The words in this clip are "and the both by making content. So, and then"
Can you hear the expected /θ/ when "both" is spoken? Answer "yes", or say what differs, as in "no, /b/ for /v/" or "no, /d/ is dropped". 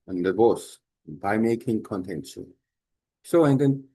no, /s/ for /θ/